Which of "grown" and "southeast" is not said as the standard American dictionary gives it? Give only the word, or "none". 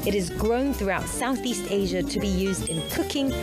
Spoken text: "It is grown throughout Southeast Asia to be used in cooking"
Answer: none